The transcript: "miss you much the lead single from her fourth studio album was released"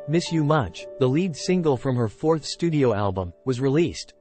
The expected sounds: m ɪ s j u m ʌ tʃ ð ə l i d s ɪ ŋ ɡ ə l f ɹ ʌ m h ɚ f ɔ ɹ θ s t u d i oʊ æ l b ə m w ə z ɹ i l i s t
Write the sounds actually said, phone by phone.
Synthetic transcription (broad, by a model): m ɪ s j u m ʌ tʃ ð ə l i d s ɪ ŋ ɡ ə l f ɹ ʌ m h ɚ f ɔ ɹ θ s t u d i oʊ æ l b ə m w ə z ɹ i l i s t